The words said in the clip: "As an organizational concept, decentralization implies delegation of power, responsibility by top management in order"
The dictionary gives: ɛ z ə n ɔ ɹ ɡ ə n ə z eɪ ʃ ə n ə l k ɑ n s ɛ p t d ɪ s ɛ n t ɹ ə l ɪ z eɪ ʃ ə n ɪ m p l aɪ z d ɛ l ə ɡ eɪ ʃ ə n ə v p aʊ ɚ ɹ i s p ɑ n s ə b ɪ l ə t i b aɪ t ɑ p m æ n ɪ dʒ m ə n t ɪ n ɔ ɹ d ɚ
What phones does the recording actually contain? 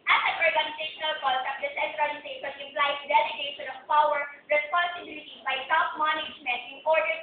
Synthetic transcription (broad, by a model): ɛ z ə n ɔ ɹ ɡ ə n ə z eɪ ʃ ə n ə l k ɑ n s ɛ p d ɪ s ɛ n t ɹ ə n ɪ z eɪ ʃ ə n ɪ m p l aɪ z d ɛ l ə ɡ eɪ ʃ ə n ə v p aʊ ɚ ɹ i s p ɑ n s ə b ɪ l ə t i b aɪ s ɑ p m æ n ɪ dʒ m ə n t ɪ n ɔ ɹ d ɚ